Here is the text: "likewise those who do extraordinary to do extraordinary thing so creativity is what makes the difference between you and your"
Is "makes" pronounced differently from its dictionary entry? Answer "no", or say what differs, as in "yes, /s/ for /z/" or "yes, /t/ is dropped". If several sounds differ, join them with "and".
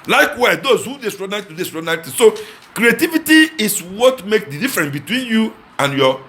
no